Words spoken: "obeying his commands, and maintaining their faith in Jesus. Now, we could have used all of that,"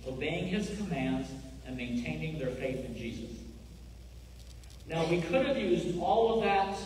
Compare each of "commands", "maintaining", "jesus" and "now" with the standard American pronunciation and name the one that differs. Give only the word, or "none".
none